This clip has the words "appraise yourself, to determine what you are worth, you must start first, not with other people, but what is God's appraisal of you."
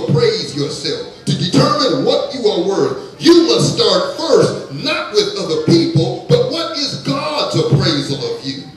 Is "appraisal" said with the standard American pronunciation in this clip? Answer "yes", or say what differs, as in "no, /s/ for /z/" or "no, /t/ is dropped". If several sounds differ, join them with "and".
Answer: yes